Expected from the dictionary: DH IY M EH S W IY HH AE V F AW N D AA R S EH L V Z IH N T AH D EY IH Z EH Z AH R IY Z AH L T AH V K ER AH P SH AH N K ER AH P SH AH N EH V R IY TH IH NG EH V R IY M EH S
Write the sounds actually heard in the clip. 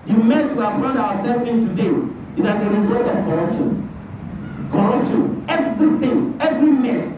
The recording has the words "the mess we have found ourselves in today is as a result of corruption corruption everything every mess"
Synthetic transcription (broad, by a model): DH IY M EH S W IY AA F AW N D AA W S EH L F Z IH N T AH D EY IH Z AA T AH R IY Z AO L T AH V K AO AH P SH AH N K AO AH P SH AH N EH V R IY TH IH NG EH V R IY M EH S